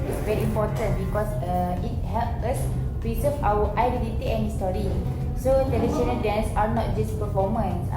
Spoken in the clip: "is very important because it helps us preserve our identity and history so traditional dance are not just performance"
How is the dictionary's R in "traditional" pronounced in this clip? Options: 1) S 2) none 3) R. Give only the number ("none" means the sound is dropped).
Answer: 2